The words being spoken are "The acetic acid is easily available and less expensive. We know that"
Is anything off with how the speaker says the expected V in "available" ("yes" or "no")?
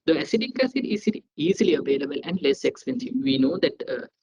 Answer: no